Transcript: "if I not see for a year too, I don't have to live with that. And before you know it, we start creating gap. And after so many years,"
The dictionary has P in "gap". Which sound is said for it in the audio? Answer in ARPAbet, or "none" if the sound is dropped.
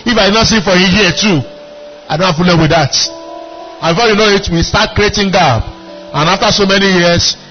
B